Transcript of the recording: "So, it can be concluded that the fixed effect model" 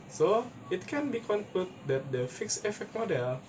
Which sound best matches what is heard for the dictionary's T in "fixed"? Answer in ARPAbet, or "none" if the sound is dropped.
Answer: none